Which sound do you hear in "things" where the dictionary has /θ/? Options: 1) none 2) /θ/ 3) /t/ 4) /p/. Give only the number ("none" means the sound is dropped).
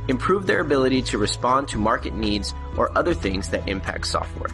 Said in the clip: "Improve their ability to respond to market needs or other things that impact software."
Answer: 2